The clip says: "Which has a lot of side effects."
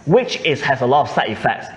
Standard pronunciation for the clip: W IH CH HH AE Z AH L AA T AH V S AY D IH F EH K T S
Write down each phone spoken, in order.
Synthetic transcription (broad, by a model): W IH CH HH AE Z AH L AA T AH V S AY IH F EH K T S